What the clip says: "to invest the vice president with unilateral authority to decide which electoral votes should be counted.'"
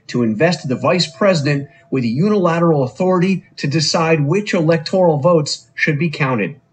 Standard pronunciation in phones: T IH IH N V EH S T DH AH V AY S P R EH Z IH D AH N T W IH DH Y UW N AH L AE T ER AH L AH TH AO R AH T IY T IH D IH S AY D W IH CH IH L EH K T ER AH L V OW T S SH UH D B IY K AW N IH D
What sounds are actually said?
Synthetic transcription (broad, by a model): T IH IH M V EH S T DH AH V AY S P R EH Z IH D AH N T W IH DH Y UW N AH L AE T ER L AH TH AO R AH T IY T IH D IH S AY D W IH CH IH L EH K T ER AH L V OW T S SH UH D B IY K AW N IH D